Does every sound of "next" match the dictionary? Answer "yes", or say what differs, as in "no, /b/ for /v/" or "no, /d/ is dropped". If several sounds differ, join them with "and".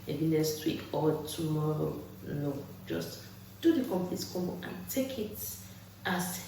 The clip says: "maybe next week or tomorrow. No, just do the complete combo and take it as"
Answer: no, /k/ is dropped